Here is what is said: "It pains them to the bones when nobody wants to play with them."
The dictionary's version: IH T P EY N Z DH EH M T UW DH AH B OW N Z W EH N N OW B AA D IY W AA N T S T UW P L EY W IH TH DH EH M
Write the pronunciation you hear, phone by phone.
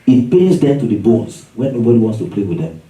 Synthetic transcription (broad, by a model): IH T P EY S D EH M T UW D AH B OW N S W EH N N OW B AA D IY W AA N T S T UW P L EY W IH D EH M